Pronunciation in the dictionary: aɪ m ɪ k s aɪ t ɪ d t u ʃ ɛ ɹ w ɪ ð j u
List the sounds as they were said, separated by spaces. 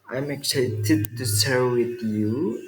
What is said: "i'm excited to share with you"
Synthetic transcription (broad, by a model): aɪ m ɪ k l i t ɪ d t u s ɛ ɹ w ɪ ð j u